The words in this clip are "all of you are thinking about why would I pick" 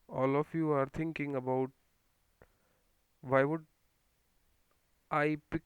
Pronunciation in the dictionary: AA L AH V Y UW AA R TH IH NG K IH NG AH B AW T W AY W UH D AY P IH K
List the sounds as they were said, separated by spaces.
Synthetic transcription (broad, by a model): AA L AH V Y UW AA R T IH NG K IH NG AH B AW T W AY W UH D AY P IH K